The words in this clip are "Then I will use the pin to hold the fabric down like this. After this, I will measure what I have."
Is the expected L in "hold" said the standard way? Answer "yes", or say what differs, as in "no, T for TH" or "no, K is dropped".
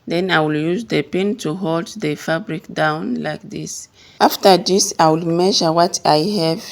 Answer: yes